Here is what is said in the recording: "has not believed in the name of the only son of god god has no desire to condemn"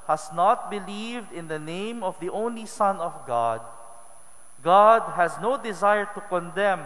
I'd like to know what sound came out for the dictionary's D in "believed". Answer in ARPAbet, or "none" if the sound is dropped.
D